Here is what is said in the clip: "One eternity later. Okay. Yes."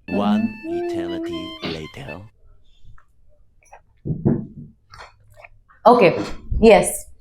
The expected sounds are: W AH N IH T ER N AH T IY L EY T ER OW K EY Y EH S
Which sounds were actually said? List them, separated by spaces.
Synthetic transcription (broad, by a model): W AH N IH T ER L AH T IY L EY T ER OW K EY Y EH S